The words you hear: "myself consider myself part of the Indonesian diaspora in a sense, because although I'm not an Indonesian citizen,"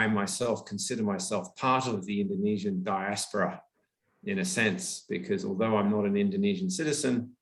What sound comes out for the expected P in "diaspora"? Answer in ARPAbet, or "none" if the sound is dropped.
P